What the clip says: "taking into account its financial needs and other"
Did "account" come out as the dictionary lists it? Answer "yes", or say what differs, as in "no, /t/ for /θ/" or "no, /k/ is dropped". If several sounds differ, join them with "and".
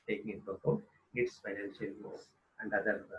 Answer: no, /t/ is dropped